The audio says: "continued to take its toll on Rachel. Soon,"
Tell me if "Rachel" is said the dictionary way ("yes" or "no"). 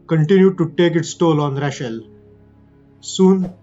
no